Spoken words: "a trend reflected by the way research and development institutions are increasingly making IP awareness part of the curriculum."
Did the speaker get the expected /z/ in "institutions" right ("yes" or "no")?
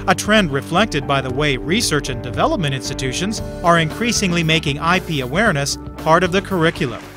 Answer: yes